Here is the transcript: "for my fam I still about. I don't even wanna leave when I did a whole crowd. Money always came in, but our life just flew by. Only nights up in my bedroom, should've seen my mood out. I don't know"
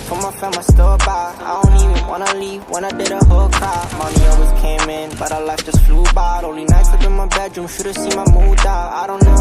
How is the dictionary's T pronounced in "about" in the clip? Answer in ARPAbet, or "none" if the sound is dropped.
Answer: none